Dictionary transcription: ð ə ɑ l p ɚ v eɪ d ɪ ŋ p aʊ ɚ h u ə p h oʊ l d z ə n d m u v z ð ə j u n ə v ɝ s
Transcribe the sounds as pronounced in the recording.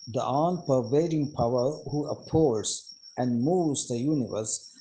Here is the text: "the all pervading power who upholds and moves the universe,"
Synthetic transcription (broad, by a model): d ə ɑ n p ɚ v eɪ d ɪ ŋ p aʊ ɚ h u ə p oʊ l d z ə n d m u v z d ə j u n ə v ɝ s